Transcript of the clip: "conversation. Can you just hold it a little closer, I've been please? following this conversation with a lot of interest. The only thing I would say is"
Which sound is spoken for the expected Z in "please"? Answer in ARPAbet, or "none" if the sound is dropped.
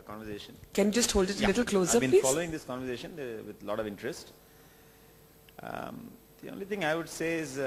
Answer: none